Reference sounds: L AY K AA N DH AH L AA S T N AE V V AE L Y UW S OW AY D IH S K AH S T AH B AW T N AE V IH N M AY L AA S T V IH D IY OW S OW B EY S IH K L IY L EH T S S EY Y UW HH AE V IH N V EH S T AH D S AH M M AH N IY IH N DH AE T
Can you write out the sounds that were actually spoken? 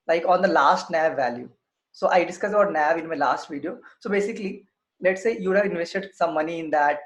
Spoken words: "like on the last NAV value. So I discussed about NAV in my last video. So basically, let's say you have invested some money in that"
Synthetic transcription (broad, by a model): L AY K AA N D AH L AA S T N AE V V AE L Y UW S OW AY D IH S K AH S AH B AW T N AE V IH N M AY L AA S T V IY D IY OW S OW B EY S IH K L IY L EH T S S EY Y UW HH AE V IH N V EH S T AH D S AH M M AH N IY IH N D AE T